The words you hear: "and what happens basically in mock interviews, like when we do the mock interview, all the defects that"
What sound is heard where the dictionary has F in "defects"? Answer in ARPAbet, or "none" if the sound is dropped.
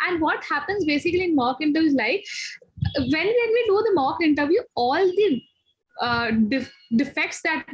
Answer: F